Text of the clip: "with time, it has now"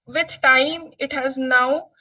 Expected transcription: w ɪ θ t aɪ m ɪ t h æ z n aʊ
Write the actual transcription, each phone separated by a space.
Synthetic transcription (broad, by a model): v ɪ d t aɪ m ɪ t h æ z n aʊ